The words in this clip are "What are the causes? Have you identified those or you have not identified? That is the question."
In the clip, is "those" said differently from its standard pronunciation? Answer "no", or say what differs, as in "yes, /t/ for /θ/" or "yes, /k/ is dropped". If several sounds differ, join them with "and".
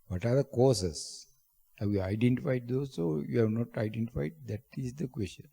yes, /s/ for /z/